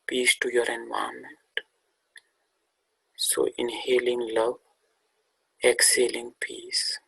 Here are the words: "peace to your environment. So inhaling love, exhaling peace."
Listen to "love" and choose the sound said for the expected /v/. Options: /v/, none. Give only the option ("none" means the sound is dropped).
none